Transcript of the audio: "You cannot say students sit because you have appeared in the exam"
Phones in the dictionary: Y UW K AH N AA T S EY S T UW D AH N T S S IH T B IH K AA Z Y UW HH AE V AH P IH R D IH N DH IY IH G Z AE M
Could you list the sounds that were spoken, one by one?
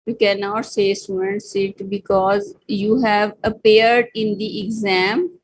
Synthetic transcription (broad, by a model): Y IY K AH N AA T S EY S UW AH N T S S IH T B IH K AA Z Y UW HH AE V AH P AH R D IH N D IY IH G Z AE M